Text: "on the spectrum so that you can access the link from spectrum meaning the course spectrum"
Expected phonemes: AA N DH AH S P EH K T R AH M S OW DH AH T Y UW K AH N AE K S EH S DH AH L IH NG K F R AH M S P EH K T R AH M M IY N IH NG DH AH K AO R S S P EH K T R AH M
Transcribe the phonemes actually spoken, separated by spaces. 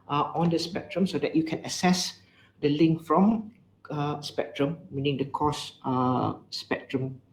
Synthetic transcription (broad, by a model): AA N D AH S P EH K T R AH M S OW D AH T Y UW K AH N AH S EH S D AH L IH NG K F R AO M S P EH K T R AH M M IY N IH NG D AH K AO S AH P EH K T R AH M